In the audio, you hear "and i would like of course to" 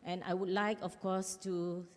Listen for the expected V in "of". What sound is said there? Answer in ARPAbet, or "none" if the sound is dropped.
F